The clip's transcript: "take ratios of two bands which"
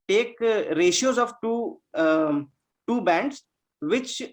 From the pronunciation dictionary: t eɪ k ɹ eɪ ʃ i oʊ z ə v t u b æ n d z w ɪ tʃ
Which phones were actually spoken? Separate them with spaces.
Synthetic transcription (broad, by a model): t eɪ k ɹ eɪ ʃ i oʊ z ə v t u b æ n d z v ɪ tʃ